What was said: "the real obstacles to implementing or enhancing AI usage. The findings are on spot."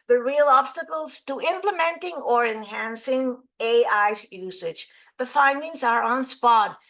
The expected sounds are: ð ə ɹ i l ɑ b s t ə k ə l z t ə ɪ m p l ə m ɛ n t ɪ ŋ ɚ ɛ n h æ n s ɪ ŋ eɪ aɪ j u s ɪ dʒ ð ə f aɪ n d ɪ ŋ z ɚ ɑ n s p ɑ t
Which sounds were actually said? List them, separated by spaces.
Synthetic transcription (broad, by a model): ð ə ɹ i l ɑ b s t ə k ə l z t ə ɪ m p l ə m ɛ n t ɪ ŋ ɚ ɛ n h æ n s ɪ ŋ eɪ aɪ j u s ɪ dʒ ð ə f aɪ n d ɪ ŋ z ɚ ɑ n s p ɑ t